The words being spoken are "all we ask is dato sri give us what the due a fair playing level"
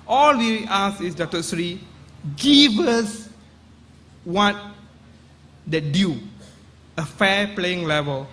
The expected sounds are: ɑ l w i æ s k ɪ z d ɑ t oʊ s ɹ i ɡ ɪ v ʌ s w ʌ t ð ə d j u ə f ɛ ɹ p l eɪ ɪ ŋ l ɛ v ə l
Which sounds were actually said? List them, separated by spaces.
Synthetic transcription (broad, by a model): ɑ l w i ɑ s ɪ s d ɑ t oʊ s ɹ i ɡ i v ʌ s w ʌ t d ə d j u ə f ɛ p l eɪ ɪ ŋ l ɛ v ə l